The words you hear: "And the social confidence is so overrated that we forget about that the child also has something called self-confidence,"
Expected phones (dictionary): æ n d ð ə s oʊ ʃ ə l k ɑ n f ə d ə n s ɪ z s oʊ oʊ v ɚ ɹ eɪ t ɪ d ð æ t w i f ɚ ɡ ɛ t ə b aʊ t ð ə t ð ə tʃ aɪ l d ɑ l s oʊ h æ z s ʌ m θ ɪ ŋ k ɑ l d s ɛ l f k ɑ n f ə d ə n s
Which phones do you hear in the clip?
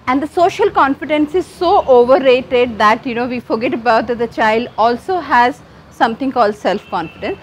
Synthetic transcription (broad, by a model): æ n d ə s oʊ ʃ ə l k ɑ n f ə d ə n s ɪ z s oʊ oʊ v ɚ ɹ eɪ t ɪ d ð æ t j i f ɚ ɡ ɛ t ə b aʊ t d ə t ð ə tʃ aɪ l d ɑ l s oʊ h æ z s ʌ m t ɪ ŋ k ɑ l d s ɛ l f k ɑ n f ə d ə n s